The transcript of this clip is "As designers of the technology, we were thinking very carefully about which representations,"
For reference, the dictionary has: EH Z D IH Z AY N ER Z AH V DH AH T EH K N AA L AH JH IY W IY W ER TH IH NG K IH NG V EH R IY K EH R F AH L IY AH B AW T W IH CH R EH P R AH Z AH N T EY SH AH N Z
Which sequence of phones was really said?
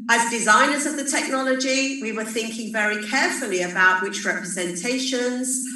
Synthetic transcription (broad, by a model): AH Z D IH Z AY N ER Z AH V DH AH T EH K N AA L AH JH IY W IY W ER TH IH NG K IH NG V EH R IY K EH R F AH L IY AH B AW T W IH CH R EH P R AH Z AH N T EY SH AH N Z